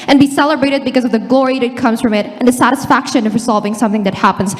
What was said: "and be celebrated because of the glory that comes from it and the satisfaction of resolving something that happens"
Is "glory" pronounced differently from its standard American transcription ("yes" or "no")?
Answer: no